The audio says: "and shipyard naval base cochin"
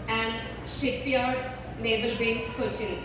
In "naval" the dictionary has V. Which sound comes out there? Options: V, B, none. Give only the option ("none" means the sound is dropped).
B